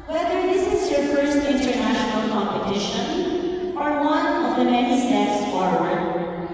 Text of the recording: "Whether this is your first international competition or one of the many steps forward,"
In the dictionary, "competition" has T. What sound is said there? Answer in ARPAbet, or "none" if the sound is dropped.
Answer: T